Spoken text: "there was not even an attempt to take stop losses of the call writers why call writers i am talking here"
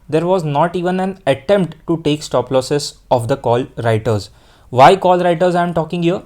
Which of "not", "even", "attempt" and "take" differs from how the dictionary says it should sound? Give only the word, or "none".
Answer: none